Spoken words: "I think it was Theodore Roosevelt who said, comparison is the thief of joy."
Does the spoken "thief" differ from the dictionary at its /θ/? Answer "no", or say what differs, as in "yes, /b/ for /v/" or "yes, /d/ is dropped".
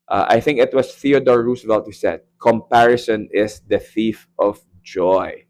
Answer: no